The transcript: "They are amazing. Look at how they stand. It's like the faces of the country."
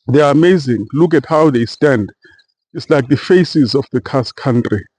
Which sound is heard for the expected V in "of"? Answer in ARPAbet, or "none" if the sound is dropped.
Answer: F